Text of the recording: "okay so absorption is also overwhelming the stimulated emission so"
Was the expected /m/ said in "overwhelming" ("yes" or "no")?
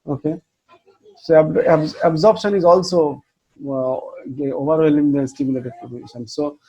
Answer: no